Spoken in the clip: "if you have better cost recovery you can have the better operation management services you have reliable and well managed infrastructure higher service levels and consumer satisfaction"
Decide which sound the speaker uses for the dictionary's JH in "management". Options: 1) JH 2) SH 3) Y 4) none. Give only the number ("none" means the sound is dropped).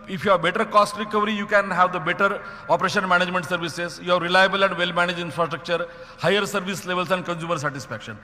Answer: 1